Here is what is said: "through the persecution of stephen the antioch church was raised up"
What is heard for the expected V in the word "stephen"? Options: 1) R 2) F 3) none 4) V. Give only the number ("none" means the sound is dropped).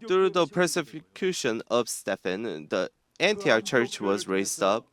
2